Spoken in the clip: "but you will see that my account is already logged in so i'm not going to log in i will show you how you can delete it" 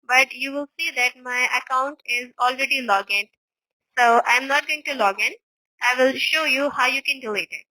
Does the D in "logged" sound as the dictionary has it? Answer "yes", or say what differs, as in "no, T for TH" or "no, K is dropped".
no, D is dropped